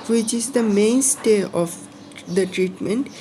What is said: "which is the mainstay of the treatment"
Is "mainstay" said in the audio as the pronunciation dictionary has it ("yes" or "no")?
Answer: yes